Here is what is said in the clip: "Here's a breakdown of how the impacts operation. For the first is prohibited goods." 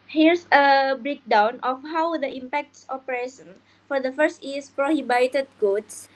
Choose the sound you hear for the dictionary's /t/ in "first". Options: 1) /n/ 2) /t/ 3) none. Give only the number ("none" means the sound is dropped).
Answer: 2